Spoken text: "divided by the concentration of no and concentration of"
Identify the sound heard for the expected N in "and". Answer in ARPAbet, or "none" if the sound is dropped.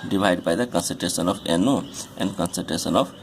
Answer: N